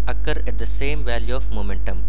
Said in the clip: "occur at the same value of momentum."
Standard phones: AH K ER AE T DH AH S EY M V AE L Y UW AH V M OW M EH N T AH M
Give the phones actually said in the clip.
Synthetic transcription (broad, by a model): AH K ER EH T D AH S EY M V AE L Y UW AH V M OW M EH N T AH M